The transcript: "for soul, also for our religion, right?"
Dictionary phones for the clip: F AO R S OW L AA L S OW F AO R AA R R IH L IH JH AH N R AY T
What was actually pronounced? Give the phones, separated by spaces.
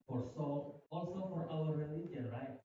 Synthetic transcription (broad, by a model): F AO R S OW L AA L S OW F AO R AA L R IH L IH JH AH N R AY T